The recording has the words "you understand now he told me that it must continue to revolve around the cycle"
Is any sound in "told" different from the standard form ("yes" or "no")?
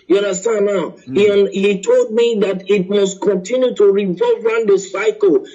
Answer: no